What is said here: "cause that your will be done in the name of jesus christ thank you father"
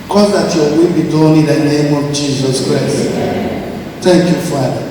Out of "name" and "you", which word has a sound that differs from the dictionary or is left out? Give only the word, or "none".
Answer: none